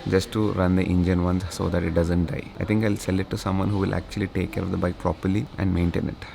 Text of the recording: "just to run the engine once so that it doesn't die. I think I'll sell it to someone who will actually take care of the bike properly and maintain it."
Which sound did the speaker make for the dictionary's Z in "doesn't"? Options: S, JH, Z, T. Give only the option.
Z